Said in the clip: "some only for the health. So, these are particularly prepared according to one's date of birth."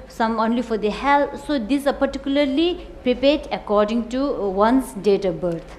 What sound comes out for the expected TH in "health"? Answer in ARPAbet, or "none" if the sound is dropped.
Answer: T